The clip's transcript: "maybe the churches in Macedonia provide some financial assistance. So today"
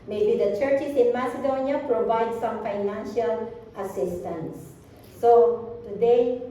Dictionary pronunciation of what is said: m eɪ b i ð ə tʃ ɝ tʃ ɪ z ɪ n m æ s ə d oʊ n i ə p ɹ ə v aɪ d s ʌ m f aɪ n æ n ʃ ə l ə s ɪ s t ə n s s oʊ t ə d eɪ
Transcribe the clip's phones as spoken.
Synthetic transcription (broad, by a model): m eɪ b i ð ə tʃ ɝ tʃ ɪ s ɪ n m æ s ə d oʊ n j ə p ɹ ə v aɪ d s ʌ m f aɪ n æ n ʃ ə l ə s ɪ s t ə n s s oʊ t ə d eɪ